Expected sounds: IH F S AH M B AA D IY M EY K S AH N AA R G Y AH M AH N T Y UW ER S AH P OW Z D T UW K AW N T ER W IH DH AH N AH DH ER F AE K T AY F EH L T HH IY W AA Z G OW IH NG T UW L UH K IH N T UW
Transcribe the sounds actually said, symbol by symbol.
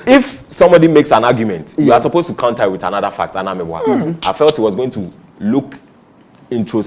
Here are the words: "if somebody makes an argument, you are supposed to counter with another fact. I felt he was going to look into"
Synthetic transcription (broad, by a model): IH F S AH M B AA D IY M EY K S AH N AA G Y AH M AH N T Y UW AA S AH P OW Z T UW K AW N T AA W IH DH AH N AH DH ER F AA K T AY F EH L T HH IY W AA Z G OW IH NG T UW L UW K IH N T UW